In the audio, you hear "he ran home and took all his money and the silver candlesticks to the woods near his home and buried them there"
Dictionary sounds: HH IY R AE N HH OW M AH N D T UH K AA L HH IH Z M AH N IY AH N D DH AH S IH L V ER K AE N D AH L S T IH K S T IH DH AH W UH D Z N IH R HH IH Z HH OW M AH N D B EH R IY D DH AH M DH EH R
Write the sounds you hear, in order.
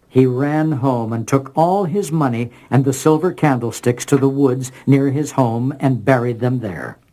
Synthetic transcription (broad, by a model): HH IY R AE N HH OW M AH N T UH K AA L IH Z M AH N IY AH N DH AH S IH L V ER K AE N D L S T IH K S T IH DH AH W UH D Z N IH R IH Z HH OW M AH N B EH R IY D DH AH M DH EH R